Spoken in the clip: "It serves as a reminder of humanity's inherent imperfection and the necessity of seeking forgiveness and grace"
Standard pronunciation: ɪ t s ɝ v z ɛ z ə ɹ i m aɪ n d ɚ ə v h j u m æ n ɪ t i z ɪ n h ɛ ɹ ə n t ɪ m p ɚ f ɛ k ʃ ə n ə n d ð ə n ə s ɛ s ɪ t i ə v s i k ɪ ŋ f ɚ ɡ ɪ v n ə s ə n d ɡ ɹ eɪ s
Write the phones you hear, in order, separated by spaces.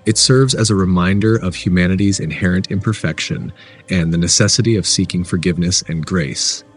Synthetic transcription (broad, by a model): ɪ t s ɝ v z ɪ z ə ɹ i m aɪ n d ɚ ə v h j u m æ n ɪ t i z ɪ n h ɛ ɹ ə n t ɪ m p ɚ f ɛ k ʃ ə n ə n ð ə n ə s ɛ s ɪ t i ə v s i k ɪ ŋ f ɚ ɡ ɪ v n ə s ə n ɡ ɹ eɪ s